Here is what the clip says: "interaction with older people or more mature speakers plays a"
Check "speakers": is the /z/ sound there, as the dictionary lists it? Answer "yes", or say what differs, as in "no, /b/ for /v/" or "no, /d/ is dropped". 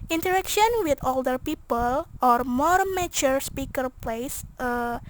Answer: no, /z/ is dropped